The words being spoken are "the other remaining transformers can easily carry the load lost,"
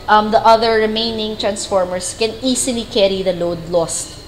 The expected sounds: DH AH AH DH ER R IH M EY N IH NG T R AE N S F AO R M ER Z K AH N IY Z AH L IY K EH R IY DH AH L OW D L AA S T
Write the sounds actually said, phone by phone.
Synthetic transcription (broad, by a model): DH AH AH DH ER R IH M EY N IH NG T R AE N S F AO R M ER S K AH N IY S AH L IY K EH R IY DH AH L OW D L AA S T